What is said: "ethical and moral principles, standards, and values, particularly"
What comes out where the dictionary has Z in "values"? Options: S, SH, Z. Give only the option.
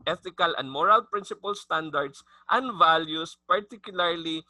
S